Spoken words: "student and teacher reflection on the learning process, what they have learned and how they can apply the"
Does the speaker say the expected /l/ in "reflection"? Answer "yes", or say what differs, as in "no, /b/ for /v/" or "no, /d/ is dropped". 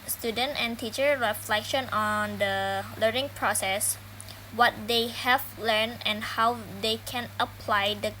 yes